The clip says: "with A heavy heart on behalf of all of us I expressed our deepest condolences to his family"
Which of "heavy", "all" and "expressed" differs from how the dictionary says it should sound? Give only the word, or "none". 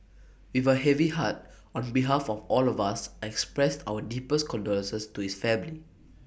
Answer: none